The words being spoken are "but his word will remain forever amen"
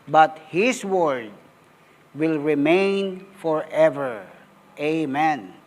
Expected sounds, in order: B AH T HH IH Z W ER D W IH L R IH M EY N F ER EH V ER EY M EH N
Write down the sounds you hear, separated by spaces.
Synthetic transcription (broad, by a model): B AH T HH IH S W ER D W IH L R IH M EY N F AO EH V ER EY M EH N